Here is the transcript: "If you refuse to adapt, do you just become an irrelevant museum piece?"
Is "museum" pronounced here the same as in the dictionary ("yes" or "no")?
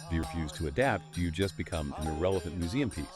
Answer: yes